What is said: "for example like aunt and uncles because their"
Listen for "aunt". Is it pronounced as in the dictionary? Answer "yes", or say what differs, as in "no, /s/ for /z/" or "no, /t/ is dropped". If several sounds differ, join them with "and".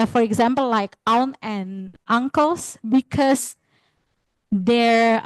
no, /t/ is dropped